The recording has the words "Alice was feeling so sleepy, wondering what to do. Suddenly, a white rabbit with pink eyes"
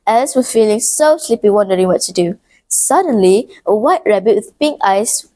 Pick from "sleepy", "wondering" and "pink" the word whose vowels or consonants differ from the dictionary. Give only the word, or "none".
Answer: none